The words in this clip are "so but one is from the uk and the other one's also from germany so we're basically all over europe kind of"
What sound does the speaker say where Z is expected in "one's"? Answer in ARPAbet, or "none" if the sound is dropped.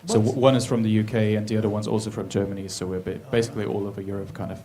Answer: Z